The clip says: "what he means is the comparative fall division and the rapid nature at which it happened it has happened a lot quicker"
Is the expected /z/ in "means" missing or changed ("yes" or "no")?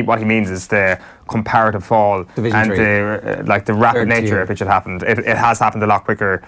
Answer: no